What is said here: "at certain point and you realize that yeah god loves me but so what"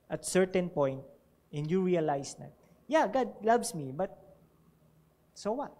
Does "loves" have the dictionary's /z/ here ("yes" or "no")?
no